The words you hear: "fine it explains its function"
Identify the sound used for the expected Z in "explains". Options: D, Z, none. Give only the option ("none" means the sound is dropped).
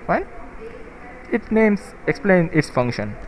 none